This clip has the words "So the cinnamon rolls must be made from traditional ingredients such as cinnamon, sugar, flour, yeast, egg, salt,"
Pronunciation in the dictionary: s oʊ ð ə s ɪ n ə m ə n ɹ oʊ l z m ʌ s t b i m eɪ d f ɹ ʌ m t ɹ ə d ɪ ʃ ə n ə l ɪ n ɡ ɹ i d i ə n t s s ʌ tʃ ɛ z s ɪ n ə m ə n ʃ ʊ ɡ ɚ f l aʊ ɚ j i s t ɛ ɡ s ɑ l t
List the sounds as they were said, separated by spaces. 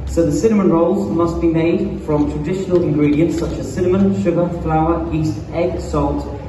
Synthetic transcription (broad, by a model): s oʊ ð ə s ɪ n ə m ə n ɹ oʊ l z m ʌ s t b i m eɪ d f ɹ ʌ m t ɹ ə d ɪ ʃ ə n ə l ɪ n ɡ ɹ i d i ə n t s s ʌ tʃ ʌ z s ɪ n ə m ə n ʃ ʊ ɡ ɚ f l aʊ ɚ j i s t ɛ ɡ s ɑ l t